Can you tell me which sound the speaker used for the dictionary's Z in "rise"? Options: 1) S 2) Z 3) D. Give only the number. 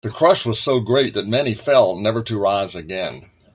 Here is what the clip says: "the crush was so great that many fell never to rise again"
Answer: 2